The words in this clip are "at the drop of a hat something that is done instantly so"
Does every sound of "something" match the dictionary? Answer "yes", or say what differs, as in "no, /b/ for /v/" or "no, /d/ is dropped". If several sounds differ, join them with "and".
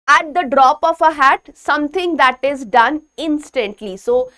no, /t/ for /θ/